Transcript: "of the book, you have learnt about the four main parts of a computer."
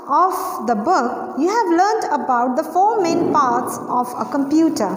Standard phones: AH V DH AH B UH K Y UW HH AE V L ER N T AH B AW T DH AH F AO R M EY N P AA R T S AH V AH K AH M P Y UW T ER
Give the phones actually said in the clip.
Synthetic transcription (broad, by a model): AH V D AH B UH K Y UW HH AE V L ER N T AH B AW T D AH F AO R M EY N P AA R T S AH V AH K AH M P Y UW T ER